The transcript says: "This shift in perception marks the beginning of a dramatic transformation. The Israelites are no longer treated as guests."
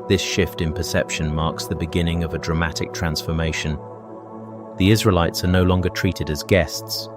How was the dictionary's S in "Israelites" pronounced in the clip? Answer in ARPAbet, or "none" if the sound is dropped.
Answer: S